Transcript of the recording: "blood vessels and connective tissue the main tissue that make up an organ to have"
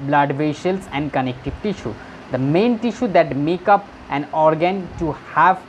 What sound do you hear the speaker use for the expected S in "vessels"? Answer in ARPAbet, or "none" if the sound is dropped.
SH